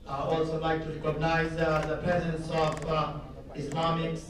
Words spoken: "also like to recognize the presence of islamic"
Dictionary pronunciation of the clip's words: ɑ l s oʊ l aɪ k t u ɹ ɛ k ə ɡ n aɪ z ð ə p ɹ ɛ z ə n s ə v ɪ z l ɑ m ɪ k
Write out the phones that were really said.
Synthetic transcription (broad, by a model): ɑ l s oʊ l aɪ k t u ɹ ɛ k ə ɡ n aɪ z ð ə p ɹ ɛ z ə n s ə v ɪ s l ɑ m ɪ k